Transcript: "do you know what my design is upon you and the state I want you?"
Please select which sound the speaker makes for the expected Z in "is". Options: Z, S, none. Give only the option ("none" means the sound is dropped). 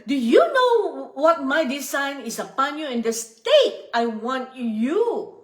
S